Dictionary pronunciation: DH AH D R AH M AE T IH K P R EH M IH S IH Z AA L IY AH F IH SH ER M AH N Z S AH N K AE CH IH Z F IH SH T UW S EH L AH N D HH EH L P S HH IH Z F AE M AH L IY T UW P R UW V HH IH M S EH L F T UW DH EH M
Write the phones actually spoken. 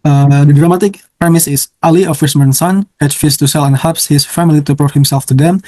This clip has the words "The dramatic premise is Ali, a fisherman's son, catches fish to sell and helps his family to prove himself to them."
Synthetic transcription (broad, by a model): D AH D R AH M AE T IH K P R EH M IH S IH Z AA L IY AH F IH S M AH N S AH N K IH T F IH S T UW S EH L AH N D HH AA P S HH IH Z F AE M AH L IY T UW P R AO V HH IH M S EH L F T UW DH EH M